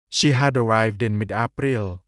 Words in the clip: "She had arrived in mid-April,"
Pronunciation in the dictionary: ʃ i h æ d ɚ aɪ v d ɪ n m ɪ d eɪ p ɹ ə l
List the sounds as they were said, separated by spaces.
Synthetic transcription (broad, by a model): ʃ i h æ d ɚ aɪ v d ɪ n m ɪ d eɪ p ɹ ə l